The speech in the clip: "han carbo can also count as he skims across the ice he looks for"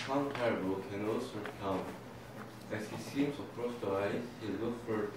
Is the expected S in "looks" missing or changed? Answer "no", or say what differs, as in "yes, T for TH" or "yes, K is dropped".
yes, S is dropped